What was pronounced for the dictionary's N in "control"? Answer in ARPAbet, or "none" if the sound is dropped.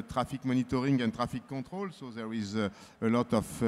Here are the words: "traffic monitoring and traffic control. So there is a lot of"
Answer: none